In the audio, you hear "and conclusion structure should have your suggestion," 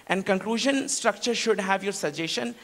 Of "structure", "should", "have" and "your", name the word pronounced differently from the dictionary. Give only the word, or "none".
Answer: none